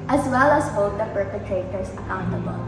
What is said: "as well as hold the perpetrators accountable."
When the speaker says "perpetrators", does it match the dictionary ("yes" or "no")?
no